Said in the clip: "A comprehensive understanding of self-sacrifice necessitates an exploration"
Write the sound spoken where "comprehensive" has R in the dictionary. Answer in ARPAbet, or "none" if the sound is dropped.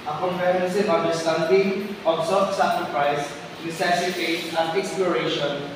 none